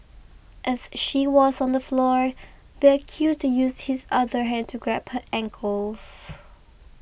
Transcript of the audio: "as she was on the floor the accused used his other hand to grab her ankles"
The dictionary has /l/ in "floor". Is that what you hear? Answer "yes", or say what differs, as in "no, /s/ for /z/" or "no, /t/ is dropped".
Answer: yes